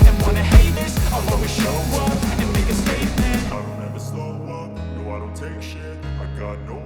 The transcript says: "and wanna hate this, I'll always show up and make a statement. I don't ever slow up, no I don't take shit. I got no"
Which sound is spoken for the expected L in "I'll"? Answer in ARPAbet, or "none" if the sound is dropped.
W